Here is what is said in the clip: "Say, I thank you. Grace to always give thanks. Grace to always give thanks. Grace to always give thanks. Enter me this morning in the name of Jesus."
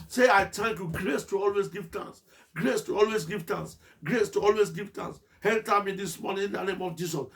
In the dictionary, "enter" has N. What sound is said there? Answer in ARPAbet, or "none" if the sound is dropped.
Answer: L